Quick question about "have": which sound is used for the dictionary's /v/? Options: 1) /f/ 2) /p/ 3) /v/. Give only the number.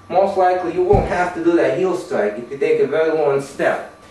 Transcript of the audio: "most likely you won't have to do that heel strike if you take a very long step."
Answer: 1